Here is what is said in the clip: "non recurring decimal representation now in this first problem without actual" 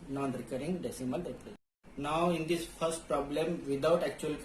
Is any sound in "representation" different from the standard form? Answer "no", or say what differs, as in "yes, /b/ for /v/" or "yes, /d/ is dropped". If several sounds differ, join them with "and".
yes, /ʃ/ is dropped